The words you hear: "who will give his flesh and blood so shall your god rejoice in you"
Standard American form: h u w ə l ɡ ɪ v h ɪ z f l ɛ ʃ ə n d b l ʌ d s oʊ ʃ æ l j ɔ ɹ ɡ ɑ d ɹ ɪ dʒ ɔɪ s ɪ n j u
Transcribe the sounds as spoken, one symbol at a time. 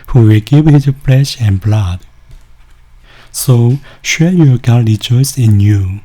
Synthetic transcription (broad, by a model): h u w ə l ɡ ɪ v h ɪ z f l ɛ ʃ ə n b l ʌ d s oʊ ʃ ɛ n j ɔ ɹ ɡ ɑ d ɹ ɪ dʒ ɔɪ s ɪ n j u